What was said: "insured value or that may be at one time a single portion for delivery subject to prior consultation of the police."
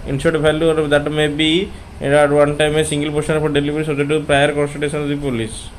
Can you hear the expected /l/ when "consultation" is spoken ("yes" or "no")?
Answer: no